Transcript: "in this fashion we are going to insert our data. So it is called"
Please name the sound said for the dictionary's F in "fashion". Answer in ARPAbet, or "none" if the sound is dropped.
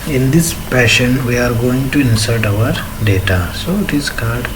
P